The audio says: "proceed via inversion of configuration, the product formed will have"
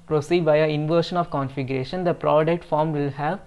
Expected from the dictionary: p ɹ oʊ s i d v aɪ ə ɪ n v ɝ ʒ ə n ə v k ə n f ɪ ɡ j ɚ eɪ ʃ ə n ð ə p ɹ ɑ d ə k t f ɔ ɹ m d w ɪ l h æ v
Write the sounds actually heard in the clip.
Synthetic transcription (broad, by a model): p ɹ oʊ s i d b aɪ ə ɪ n v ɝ ʃ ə n ə v k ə n f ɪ ɡ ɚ eɪ ʃ ə n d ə p ɹ ɑ d ə k t f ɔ ɹ m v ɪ l h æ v